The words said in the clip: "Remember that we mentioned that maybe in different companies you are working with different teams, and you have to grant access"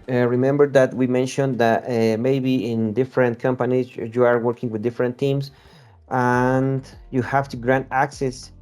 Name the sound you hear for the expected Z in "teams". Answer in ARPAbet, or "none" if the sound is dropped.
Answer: S